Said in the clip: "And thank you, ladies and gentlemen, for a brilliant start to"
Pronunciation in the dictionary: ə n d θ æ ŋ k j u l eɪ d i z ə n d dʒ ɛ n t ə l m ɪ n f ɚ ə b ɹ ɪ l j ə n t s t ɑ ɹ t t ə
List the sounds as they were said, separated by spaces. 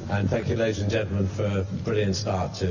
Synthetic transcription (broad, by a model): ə n θ æ ŋ k j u l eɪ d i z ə n dʒ ɛ n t l m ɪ n f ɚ ə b ɹ ɪ l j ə n t s t ɑ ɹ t t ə